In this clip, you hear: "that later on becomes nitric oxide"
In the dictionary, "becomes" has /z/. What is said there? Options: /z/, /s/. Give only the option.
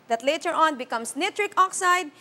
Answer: /s/